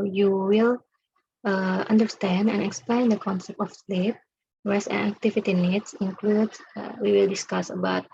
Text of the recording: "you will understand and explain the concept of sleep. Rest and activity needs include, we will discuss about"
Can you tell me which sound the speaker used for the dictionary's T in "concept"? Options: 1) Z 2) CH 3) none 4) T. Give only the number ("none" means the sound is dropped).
4